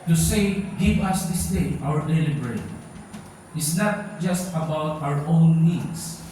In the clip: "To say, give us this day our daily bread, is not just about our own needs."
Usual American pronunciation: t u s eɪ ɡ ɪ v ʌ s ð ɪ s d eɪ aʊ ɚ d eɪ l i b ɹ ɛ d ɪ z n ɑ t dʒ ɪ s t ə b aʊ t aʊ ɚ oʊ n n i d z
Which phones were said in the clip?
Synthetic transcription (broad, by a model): t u s eɪ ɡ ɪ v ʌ s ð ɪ s d eɪ aʊ ɚ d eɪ l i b ɹ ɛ ɪ s n ɑ t dʒ ɪ s t ə b aʊ t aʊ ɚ oʊ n n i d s